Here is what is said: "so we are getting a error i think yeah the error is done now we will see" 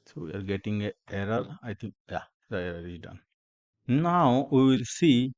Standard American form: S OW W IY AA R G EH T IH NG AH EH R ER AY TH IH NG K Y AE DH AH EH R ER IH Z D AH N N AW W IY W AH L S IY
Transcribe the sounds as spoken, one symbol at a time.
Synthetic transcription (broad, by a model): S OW W IY AA R G EH T IH NG AH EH R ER AY T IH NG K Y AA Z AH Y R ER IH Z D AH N N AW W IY W AH L S IY